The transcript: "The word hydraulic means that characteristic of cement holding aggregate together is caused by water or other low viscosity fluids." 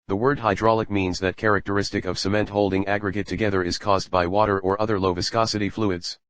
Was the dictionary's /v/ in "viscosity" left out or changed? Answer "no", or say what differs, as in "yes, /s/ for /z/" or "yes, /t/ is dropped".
no